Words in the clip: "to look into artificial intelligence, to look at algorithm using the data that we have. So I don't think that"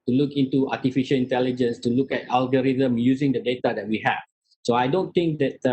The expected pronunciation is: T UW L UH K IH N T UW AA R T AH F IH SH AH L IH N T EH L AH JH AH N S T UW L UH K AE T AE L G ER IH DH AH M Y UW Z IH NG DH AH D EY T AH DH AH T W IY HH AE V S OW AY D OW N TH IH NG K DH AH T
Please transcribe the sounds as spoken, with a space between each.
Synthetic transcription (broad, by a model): T UW L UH K IH N T UW AA T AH F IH SH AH L IH N T EH L AH JH AH N S T UW L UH K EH T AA L G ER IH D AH M Y UW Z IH NG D AH D EY T AH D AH T W IY HH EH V S OW AY D OW N T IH NG K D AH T